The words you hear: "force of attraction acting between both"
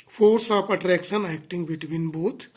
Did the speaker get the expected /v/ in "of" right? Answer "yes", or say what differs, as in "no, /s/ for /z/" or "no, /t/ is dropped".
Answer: no, /p/ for /v/